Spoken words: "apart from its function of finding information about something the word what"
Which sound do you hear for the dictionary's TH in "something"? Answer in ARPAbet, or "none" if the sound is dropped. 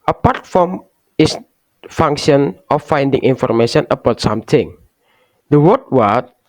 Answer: T